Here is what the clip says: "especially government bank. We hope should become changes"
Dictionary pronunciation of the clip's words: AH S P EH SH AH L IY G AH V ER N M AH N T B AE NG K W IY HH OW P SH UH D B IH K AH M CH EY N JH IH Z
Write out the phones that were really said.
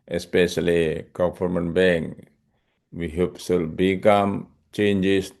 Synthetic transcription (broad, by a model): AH S P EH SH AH L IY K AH F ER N M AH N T B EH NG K W IY HH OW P S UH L B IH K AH M CH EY N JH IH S